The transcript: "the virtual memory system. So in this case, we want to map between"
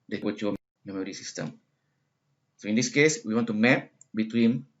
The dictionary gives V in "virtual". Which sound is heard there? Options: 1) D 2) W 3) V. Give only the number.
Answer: 2